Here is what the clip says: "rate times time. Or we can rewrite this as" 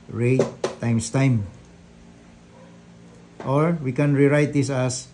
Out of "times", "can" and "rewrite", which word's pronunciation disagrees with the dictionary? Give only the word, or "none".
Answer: times